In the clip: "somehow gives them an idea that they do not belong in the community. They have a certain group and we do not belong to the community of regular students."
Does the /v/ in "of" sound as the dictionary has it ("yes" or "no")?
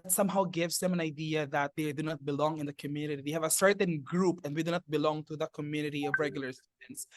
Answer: yes